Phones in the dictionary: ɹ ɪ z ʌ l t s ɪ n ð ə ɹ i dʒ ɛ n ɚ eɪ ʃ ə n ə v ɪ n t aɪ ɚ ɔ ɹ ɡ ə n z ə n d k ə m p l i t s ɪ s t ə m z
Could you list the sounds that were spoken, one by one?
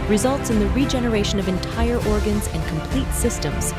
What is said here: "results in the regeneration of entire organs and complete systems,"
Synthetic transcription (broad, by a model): ɹ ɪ z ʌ l t s ɪ n ð ə ɹ i dʒ ɛ n ɚ eɪ ʃ ə n ə v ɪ n t aɪ ɚ ɔ ɹ ɡ ə n z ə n k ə m p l i t s ɪ s t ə m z